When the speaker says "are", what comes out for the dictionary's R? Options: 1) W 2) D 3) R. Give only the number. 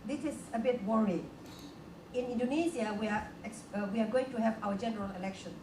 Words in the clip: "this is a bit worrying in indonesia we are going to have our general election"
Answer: 1